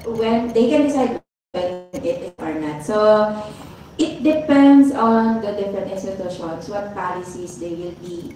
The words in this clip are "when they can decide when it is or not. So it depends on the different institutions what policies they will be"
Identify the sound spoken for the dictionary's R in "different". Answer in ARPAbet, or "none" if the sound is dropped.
none